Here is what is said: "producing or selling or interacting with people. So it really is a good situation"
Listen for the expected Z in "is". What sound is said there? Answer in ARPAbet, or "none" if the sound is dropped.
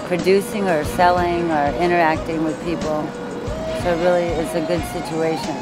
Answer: S